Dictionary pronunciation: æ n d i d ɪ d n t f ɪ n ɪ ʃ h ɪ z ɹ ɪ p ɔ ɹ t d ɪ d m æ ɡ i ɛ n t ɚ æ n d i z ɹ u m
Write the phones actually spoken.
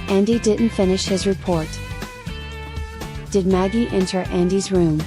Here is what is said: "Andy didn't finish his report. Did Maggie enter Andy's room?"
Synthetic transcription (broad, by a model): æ n d i d ɪ d n t f ɪ n ɪ ʃ h ɪ z ɹ ɪ p ɔ ɹ t d ɪ d m æ ɡ i ɛ n t ɚ æ n d i z ɹ u m